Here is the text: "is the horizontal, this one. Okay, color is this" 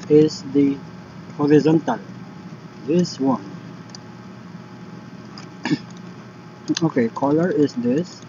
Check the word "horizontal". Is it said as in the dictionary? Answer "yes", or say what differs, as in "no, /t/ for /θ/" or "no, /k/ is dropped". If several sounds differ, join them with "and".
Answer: yes